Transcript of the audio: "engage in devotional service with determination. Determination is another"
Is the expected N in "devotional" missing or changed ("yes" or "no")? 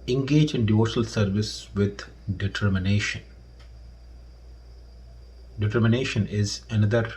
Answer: yes